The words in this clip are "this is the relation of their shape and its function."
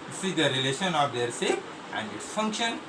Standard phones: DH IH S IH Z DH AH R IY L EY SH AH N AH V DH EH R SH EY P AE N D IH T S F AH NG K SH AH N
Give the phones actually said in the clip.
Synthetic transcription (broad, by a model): S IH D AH R IY L EY SH AH N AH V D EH R S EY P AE N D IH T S F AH NG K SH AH N